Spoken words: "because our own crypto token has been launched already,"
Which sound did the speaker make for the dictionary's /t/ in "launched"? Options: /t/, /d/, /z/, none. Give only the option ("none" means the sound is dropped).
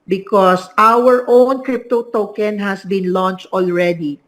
/t/